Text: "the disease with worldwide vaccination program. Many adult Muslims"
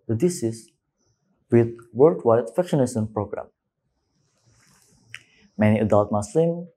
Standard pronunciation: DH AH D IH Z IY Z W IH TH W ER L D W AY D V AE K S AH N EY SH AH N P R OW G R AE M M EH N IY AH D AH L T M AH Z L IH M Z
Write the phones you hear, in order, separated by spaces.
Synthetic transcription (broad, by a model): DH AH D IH S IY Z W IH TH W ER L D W AY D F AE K SH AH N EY S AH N P R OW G R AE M M EH N IY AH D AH L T M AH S L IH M